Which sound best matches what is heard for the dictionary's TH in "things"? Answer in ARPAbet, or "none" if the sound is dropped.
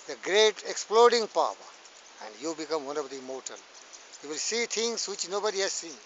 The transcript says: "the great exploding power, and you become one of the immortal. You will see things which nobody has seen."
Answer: T